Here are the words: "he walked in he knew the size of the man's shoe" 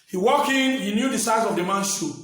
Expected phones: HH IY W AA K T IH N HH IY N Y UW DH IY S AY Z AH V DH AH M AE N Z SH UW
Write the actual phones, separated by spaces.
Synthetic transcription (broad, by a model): HH IY W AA K IH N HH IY N Y UW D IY S AY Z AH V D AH M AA N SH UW